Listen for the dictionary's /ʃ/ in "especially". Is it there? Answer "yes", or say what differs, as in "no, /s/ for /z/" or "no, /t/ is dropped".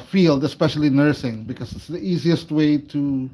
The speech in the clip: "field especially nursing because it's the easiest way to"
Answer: yes